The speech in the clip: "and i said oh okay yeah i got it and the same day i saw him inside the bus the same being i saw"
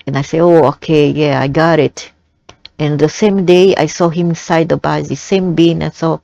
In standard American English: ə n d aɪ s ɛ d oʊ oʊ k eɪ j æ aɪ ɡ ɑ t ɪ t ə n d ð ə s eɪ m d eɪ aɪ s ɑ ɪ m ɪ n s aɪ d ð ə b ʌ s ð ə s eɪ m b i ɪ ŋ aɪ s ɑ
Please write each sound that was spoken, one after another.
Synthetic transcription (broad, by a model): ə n aɪ s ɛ oʊ oʊ k eɪ j æ aɪ ɡ ɑ t ɪ t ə n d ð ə s eɪ m d eɪ aɪ s ɑ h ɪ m s aɪ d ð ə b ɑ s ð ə s eɪ m b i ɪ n s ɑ